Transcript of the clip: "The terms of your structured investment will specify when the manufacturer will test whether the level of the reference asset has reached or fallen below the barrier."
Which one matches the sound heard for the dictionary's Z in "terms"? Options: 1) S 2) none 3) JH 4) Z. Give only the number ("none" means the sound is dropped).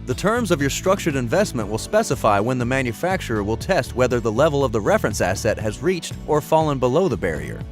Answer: 4